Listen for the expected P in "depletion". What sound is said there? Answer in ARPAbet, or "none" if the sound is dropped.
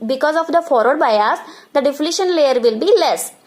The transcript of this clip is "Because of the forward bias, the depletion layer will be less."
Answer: F